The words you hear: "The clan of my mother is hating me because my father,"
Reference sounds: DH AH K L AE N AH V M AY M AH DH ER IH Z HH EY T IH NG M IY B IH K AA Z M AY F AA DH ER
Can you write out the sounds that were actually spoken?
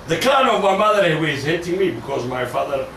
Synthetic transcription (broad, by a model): DH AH K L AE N AH V M AY M AH DH ER IH Z HH EY T IH NG M IY B IH K AA Z M AY F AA DH ER